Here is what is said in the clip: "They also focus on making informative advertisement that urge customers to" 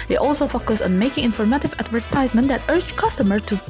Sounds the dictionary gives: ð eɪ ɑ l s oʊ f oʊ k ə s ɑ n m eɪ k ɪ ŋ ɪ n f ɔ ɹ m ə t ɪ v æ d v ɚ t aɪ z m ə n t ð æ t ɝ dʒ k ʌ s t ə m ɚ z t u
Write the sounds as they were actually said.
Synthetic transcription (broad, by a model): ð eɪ ɑ l s oʊ f oʊ k ə s ɑ n m eɪ k ɪ ŋ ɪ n f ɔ ɹ m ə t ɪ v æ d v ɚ t aɪ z m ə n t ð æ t ɝ dʒ k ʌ s t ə m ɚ t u